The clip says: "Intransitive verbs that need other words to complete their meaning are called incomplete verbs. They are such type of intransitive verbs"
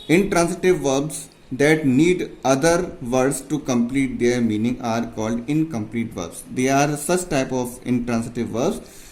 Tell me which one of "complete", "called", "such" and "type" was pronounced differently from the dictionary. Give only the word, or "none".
none